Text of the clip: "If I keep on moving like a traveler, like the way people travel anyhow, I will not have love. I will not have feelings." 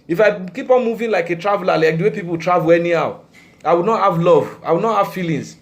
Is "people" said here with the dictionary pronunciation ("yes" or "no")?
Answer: no